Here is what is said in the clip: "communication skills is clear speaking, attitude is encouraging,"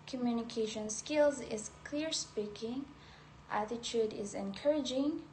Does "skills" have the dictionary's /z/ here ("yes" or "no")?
yes